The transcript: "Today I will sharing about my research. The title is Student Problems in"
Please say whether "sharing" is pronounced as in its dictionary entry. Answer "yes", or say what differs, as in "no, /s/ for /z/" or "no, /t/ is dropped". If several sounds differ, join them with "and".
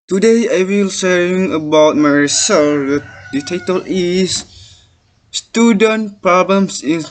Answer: no, /s/ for /ʃ/ and /ɹ/ is dropped